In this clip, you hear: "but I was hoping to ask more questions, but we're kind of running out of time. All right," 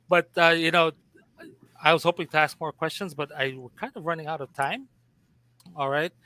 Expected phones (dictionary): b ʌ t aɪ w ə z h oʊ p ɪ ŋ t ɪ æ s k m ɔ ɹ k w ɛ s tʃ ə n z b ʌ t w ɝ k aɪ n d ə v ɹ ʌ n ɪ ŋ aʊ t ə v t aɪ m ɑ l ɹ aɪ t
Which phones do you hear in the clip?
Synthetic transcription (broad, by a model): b ʌ t aɪ w ə z h oʊ p ɪ ŋ t ɪ æ s k m ɔ ɹ k w ɛ s tʃ ə n z b ʌ t w ɝ k aɪ n d ə v ɹ ʌ n ɪ ŋ aʊ t ə v t aɪ m ɑ l ɹ aɪ t